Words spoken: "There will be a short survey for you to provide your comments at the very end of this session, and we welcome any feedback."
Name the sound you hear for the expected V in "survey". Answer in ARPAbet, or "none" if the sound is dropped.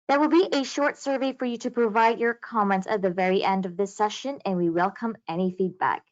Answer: V